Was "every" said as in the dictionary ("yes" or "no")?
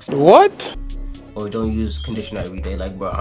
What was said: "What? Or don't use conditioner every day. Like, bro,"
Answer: no